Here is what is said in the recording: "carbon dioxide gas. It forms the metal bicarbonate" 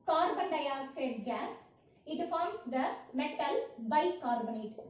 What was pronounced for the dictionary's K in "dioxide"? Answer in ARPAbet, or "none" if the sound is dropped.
none